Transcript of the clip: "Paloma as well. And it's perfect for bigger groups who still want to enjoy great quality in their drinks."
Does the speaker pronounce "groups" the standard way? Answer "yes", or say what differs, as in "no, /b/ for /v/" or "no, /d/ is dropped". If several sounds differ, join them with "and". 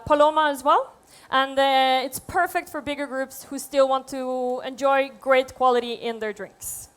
yes